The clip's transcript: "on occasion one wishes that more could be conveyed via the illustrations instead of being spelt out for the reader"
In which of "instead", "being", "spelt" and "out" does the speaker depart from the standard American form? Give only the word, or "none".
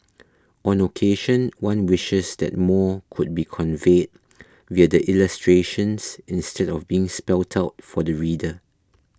none